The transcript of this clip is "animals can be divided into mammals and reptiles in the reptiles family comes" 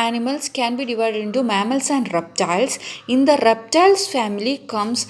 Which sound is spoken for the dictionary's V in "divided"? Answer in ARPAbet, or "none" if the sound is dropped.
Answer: V